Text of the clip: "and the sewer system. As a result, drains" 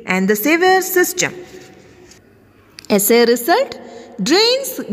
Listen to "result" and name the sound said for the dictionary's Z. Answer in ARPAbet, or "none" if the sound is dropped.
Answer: S